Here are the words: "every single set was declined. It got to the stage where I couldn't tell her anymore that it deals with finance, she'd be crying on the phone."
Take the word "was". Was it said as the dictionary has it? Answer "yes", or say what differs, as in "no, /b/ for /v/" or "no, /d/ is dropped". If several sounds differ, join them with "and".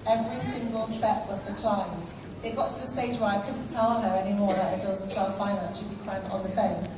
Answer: yes